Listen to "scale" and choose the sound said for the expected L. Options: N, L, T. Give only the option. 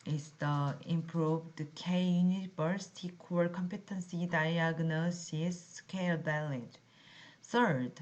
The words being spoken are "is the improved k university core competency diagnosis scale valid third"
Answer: L